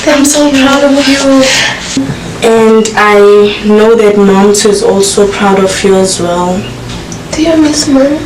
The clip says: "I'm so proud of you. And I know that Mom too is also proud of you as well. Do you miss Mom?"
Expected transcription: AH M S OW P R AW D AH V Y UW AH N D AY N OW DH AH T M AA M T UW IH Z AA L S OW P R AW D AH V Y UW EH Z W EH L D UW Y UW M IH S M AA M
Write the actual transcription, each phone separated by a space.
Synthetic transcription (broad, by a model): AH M S OW P R AW D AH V Y UW AH N D AY N OW DH AH T M AA M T IH Z AA L S OW P R AW D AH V Y UW EH Z W EH L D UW Y UW M IH S M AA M